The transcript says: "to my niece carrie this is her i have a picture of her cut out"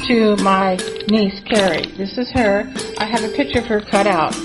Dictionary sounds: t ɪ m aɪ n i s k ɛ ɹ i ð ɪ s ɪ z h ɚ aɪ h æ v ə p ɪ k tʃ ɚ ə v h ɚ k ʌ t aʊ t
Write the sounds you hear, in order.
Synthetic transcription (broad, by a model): t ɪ m aɪ n i s k ɛ ɹ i ð ɪ s ɪ z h ɚ aɪ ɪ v ə p ɪ k tʃ ɚ ə v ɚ k ʌ t aʊ t